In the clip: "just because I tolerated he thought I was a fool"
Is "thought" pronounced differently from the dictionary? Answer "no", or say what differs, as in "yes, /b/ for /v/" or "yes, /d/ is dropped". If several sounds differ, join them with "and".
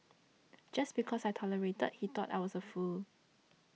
yes, /t/ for /θ/